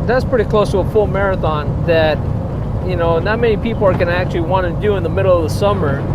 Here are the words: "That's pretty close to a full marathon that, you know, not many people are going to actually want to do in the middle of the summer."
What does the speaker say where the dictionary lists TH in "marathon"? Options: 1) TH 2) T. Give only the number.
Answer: 1